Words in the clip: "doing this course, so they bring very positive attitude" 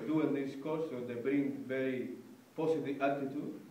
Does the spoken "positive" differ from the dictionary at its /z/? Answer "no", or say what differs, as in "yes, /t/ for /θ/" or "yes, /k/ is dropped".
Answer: yes, /s/ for /z/